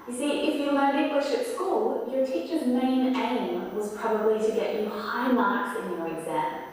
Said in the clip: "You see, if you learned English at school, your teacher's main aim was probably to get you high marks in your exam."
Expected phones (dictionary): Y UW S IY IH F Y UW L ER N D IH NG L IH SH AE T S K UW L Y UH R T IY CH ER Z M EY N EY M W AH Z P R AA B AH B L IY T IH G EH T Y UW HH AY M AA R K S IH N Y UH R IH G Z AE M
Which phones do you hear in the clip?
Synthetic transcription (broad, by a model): Y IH S IY IH F Y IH L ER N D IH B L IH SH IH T S K UW L Y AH R T IY CH ER Z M EY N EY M W AH Z P R AA B AH B L IY T IH G EH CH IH HH AY M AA R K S IH N Y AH R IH G Z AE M